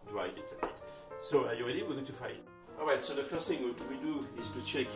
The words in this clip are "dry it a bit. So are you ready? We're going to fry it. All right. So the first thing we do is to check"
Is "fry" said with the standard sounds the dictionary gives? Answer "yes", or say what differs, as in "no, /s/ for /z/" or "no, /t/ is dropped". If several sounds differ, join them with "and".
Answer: no, /ɹ/ is dropped